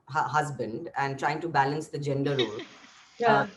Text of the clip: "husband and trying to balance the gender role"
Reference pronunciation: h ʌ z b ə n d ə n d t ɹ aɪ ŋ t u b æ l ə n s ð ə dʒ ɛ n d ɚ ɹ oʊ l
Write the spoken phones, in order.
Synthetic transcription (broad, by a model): h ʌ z b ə n d ə n d t ɹ aɪ ŋ t u b æ l ə n s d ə dʒ ɛ n d ɚ ɹ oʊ l